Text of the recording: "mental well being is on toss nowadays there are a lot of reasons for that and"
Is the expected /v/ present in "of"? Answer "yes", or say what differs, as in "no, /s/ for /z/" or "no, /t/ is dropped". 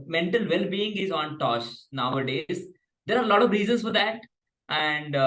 yes